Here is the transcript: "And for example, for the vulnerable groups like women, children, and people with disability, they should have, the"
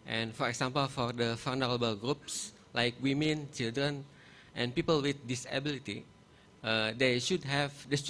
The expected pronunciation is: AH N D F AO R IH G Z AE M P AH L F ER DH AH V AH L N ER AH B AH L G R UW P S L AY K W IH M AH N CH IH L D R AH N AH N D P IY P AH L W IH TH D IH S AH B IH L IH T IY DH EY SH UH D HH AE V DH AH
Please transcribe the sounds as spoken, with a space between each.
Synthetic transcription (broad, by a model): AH N F AO R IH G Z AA M P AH L F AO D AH F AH N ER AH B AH L G R UW P S L AY K W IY M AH N CH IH L D R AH N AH N P IY P AH L W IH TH D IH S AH B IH L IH T IY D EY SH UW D HH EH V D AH